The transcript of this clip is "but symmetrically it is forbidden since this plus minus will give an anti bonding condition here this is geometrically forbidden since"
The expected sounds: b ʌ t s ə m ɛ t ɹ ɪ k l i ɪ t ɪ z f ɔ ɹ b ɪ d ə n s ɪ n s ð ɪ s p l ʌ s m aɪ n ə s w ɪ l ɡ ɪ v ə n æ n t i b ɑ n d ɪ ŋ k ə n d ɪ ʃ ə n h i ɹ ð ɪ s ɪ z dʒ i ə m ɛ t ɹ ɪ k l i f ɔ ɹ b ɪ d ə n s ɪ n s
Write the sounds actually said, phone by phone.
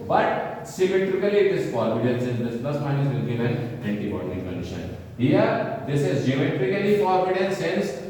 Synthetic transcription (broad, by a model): b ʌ t s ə m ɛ t ɹ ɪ k l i ɪ t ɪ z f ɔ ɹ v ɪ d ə n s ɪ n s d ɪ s p l ʌ s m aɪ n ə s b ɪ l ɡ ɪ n ə n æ n t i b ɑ d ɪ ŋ k ə n d ɪ ʃ ə n h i ɹ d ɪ s ɪ z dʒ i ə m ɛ t ɹ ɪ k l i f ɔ ɹ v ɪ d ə n s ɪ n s